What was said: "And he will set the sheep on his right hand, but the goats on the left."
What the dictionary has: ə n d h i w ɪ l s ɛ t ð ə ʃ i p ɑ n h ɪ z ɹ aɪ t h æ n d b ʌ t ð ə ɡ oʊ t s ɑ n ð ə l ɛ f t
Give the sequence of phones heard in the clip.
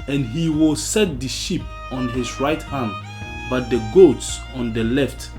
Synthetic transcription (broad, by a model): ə n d h i w ɪ l s ɛ t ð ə ʃ i p ɑ n h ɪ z ɹ aɪ t h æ n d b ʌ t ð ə ɡ oʊ t s ɑ n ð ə l ɛ f t